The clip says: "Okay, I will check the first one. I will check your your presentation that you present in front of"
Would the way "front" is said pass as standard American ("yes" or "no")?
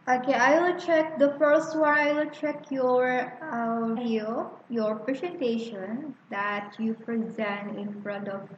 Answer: yes